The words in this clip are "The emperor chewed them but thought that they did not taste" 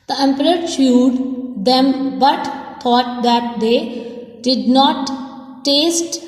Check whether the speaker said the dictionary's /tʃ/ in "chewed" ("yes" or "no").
no